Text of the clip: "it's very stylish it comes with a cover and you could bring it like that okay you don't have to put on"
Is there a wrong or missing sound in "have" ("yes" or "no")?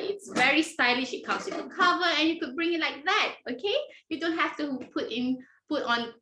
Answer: yes